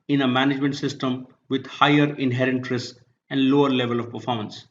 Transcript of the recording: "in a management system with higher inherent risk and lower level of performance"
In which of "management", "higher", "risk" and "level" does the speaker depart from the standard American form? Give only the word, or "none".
risk